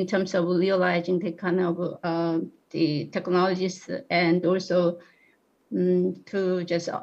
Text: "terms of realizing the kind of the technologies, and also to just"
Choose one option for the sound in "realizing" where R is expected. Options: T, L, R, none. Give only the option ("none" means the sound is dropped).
L